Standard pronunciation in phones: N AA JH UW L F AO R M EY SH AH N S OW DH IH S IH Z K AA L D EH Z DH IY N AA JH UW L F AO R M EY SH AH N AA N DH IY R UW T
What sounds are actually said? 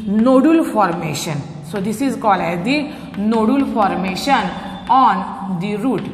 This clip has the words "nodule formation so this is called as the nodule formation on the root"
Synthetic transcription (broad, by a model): N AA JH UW L F AO R M EY SH AH N S OW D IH S IH Z K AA L EH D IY N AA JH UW L F AO R M EY SH AH N AA N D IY R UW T